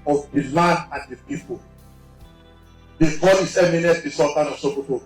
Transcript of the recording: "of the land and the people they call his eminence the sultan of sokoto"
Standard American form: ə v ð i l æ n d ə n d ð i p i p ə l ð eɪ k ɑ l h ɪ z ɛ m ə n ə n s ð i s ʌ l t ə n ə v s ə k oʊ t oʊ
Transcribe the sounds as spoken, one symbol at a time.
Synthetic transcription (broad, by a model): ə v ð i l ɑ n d ə n d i p i p ə l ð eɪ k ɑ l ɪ s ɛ m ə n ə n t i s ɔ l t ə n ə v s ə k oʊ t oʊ